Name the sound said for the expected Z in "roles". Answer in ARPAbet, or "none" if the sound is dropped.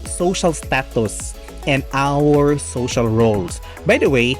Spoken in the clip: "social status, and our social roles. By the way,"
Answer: S